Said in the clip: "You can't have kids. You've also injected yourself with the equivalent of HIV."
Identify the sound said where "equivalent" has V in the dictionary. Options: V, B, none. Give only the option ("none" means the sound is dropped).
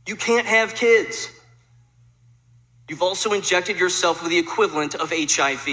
V